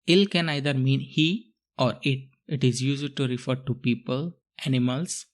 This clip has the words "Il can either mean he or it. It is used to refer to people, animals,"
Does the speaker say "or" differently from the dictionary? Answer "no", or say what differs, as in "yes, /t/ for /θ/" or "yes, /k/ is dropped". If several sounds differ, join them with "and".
no